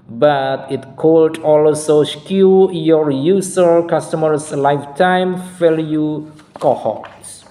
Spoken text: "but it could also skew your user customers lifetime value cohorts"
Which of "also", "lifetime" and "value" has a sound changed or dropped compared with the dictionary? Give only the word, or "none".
value